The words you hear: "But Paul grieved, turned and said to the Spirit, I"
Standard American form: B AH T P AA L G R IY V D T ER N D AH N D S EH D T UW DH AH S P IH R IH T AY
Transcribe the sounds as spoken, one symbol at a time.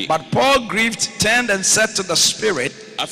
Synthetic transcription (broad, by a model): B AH T P AA L G R IY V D T ER N D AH N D S EH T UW DH AH S P IH R IH T